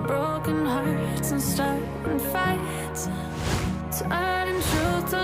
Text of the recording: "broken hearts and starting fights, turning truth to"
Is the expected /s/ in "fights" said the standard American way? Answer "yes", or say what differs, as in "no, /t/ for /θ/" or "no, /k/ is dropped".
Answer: no, /s/ is dropped